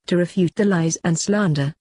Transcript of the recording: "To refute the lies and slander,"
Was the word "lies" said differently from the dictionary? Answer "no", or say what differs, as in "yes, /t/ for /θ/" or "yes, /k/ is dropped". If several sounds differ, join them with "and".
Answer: no